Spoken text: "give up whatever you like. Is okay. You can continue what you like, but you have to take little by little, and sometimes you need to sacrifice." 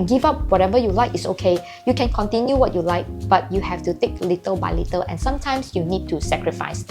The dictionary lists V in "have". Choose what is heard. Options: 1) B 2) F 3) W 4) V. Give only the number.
2